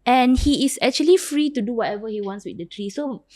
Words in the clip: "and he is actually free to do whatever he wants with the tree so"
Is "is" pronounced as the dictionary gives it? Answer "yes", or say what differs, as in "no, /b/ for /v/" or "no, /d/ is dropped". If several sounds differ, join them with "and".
no, /s/ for /z/